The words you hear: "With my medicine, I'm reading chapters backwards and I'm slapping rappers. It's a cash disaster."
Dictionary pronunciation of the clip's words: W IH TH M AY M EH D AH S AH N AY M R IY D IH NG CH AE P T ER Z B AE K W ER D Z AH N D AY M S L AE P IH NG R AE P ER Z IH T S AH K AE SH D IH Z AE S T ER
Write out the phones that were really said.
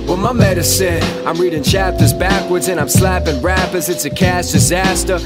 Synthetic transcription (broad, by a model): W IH M AY M EH D AH S AH N AY M R IY D IH NG CH AE P T ER Z B AE K W ER D Z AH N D AY M S L AE P IH NG R AE P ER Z IH T S AH K AE S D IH Z AE S T ER